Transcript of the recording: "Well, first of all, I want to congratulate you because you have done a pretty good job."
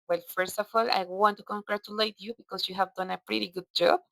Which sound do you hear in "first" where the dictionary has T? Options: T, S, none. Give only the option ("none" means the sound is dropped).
T